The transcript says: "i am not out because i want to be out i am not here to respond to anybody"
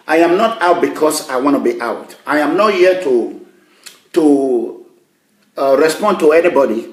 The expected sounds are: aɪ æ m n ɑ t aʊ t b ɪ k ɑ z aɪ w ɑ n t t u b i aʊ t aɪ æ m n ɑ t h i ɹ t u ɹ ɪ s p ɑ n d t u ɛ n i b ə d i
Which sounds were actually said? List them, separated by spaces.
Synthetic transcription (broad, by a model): aɪ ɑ m n ɑ t aʊ t b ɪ k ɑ s aɪ w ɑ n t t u b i aʊ t aɪ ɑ m n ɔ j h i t t u ɹ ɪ s p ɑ n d t u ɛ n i b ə d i